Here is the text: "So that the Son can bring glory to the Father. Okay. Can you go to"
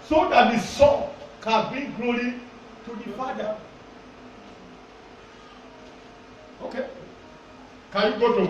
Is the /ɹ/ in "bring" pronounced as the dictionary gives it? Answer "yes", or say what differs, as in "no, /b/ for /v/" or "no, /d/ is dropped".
no, /ɹ/ is dropped